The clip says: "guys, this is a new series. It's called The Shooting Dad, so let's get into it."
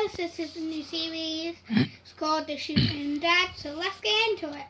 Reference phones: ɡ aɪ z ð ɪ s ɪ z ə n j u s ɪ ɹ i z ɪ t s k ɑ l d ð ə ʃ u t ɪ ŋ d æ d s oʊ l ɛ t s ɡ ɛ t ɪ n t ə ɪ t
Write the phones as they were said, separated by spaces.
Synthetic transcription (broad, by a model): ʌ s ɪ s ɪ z ə n j u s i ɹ i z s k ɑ d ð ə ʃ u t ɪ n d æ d s oʊ l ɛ t s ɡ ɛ ɪ n t ə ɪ t